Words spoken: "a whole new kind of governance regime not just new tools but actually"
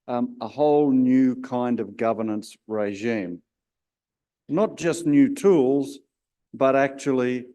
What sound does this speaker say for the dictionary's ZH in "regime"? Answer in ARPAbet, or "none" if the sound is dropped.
ZH